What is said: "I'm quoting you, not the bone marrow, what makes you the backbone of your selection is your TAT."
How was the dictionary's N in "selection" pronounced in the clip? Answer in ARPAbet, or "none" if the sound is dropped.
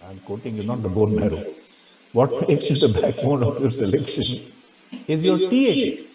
N